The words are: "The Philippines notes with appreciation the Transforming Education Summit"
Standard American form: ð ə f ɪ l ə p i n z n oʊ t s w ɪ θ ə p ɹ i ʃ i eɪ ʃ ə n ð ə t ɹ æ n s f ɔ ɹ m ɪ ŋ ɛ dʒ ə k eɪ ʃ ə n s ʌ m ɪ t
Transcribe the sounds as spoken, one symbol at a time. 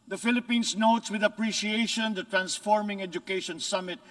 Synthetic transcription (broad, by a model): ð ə f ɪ l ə p i n s n oʊ t s w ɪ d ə p ɹ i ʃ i eɪ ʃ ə n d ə t ɹ æ n s f ɔ ɹ m ɪ ŋ ɛ dʒ ə k eɪ ʃ ə n s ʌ m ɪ t